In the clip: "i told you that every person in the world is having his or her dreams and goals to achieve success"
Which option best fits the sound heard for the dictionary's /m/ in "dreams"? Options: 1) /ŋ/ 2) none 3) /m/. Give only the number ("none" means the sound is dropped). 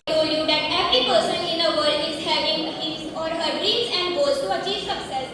2